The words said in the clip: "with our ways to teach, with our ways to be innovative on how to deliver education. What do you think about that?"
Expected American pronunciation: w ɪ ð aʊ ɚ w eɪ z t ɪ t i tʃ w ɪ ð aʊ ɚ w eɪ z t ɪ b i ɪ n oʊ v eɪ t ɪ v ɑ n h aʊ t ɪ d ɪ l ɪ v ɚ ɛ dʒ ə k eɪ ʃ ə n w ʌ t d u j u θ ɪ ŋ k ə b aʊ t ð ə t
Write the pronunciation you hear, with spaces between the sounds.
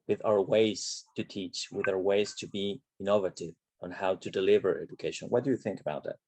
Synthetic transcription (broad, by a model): w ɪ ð aʊ ɚ w eɪ z t ɪ t i tʃ w ɪ ð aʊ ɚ w eɪ z t ɪ b i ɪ n oʊ v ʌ t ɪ v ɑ n h aʊ t ɪ d ɪ l ɪ v ɚ ɛ dʒ ə k eɪ ʃ ə n w ʌ t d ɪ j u θ ɪ ŋ k ə b aʊ t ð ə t